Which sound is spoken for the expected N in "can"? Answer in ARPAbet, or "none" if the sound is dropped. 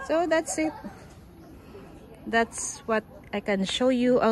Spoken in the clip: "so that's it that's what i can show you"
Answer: N